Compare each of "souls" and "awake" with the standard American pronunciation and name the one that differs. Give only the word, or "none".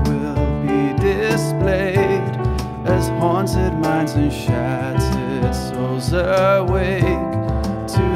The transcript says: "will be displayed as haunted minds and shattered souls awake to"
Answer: souls